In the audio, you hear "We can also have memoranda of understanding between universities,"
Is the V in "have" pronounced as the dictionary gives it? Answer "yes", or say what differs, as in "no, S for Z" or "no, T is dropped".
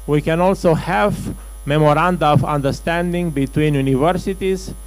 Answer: yes